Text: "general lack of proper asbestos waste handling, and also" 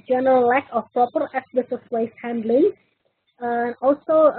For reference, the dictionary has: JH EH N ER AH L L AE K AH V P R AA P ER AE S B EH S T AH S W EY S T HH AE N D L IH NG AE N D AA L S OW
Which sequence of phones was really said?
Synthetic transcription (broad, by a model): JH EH N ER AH L L AE K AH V P R AA P ER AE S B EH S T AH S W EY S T HH AE N D L IH NG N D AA L S OW